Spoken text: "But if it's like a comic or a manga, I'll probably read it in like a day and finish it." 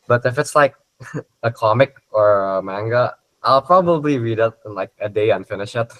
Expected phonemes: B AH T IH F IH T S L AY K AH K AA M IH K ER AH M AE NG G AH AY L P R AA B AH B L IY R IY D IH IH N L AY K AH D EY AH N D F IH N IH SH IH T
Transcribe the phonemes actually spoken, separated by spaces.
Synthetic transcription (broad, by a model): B AH T IH F IH T S L AY K AH K AA M IH K ER AH M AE NG G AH AY L P R AA B AH B L IY R IY D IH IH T L AY K AH D EY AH N F IH N IH SH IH T